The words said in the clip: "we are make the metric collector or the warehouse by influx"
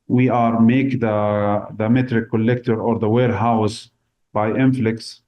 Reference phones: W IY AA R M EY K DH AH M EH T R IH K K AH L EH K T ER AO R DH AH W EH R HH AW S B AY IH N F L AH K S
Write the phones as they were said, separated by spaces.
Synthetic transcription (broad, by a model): W IY AA R M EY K DH AH M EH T R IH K K AH L EH K T ER AO R DH AH W EH R HH AW S B AY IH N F L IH K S